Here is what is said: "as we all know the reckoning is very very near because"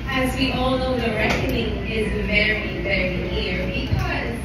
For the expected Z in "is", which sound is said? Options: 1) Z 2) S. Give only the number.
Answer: 1